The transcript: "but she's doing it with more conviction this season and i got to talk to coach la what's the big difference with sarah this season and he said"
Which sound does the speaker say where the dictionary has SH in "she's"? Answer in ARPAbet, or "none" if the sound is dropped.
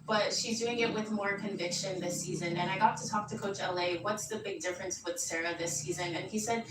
SH